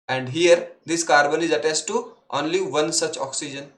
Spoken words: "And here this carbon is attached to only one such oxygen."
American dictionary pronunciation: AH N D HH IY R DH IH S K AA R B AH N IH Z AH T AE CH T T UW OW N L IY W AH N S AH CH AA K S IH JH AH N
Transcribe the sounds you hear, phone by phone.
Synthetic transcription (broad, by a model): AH N D HH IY R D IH S K AA R B AH N IH Z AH T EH S T T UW OW N L IY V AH N S AH CH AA K S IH JH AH N